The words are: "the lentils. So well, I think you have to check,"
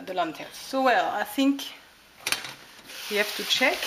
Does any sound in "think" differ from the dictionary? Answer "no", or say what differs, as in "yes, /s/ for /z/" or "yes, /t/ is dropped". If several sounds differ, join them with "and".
no